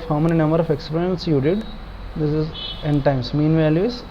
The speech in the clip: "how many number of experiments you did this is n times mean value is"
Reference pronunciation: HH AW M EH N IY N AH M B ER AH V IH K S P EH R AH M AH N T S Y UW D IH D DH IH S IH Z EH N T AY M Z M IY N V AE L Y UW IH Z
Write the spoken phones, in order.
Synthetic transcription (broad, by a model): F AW M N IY N AH M B ER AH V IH K S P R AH AH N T S Y UW D IH D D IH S IH Z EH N T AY M S M IY N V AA L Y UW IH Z